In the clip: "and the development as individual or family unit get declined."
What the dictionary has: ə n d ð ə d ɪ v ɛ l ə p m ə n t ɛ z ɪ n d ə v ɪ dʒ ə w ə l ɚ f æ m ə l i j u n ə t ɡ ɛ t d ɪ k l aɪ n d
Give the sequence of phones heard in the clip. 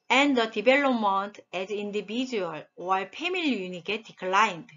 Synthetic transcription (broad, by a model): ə n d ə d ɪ b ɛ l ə m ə n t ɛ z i n d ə b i dʒ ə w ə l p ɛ m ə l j u n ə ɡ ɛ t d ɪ k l aɪ n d